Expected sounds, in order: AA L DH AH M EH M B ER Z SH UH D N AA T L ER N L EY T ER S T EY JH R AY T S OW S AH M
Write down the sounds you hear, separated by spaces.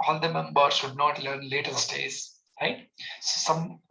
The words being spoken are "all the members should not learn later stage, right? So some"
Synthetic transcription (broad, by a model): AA L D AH M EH M B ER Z SH UH D N AA T L ER N L EY T ER S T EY Z R AY T S OW S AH M